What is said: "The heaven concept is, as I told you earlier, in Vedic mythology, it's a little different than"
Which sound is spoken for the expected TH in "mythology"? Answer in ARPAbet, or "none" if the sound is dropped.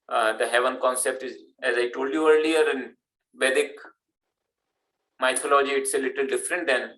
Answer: T